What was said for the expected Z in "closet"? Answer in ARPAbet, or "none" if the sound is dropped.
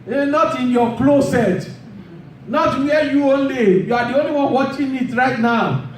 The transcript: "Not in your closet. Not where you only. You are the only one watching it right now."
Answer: S